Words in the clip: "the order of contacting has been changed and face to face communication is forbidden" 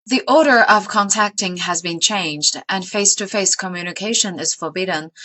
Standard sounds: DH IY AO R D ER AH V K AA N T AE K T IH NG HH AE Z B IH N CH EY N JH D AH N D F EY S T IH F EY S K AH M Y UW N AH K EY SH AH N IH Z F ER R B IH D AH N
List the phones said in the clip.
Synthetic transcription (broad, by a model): DH IY AO R D ER AH V K AA N T AE K T IH NG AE Z B IH N CH EY N JH D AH N F EY S T IH F EY S K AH M Y UW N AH K EY SH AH N IH Z F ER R B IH D N